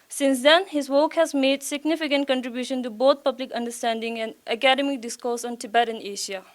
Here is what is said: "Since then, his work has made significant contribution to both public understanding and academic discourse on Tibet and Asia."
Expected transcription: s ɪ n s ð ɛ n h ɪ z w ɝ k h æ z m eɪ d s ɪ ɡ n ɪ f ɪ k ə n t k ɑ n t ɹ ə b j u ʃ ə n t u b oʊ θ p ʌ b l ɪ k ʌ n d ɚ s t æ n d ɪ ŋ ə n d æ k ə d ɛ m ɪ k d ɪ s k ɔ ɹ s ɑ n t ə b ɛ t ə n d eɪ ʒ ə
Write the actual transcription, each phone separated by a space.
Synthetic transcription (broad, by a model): s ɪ n s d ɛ n h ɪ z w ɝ k h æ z m eɪ d s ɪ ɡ n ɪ f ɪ k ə n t k ɑ n t ɹ ə b j u ʃ ə n t u b oʊ t p ʌ b l ɪ k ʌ n d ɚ s t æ n d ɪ ŋ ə n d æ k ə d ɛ m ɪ k d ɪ s k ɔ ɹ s ɑ n t ə b ɛ t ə n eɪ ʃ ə